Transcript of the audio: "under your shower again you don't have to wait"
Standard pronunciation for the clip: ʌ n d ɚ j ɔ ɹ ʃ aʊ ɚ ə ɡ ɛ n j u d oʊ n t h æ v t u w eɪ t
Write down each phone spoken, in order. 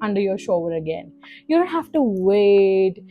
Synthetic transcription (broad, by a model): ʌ n d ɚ j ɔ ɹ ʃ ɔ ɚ ə ɡ ɛ n j u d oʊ n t h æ f t u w eɪ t